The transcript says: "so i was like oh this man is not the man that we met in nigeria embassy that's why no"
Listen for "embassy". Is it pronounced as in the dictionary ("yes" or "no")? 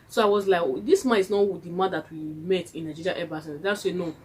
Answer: no